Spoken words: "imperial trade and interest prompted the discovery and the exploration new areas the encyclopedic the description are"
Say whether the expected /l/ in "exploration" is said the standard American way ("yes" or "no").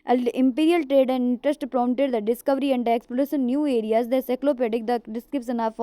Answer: no